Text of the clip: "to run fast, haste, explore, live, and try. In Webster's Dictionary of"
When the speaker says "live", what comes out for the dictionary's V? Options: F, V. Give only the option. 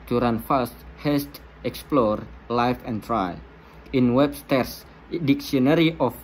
F